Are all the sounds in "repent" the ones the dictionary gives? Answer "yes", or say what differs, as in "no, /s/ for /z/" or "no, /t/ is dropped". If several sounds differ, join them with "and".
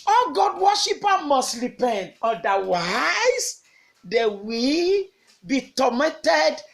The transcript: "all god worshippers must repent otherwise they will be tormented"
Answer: no, /t/ is dropped